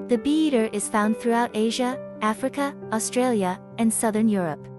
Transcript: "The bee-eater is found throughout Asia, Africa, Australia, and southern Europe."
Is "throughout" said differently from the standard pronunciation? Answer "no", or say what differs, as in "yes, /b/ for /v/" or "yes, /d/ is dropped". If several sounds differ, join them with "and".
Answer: no